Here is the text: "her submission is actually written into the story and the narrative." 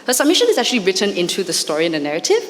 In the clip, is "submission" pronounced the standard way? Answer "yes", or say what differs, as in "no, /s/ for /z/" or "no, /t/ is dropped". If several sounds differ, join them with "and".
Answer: yes